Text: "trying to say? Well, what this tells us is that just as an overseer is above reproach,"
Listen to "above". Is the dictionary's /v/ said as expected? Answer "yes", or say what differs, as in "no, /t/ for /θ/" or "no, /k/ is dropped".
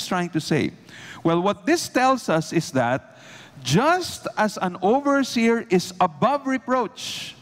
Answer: yes